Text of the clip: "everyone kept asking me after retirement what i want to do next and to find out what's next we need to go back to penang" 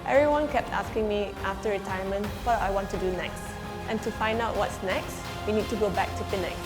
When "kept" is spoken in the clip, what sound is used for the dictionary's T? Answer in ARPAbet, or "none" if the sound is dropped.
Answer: T